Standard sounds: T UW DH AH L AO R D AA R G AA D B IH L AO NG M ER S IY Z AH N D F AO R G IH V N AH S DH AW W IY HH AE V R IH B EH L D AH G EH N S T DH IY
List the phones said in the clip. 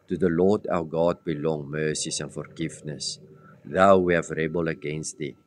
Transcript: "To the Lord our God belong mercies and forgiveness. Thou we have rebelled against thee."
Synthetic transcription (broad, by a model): T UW DH AH L AO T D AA W G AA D B IH L AO NG M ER S IY S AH N F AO R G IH F N AH S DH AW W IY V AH R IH B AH L AH G EH N S T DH IY